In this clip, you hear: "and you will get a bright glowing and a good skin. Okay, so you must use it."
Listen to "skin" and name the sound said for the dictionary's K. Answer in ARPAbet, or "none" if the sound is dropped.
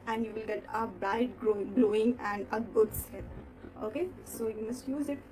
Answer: none